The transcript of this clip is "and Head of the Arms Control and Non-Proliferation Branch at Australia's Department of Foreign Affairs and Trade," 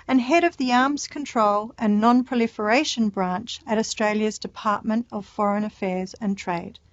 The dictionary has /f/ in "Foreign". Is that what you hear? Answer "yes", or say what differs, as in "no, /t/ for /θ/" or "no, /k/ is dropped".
yes